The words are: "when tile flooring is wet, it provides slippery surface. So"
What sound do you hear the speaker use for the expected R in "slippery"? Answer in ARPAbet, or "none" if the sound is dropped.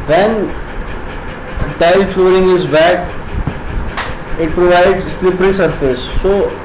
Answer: R